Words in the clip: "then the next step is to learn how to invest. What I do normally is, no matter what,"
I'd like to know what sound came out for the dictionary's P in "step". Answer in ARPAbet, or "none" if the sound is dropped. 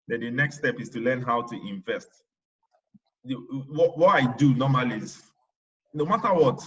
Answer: P